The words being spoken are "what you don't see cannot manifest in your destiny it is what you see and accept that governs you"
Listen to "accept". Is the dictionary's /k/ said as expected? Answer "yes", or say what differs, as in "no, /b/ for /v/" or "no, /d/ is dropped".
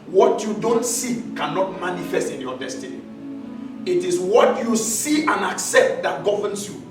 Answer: yes